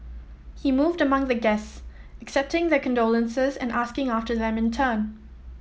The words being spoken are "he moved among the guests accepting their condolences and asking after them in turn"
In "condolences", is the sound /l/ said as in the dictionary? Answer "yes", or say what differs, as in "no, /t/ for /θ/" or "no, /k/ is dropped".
yes